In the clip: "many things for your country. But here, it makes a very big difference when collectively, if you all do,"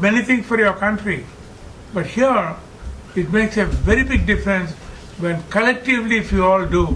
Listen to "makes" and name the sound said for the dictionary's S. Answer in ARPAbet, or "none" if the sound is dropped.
S